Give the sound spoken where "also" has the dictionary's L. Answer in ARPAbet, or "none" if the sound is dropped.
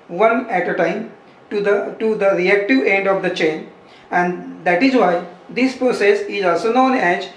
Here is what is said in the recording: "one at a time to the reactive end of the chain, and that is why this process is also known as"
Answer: L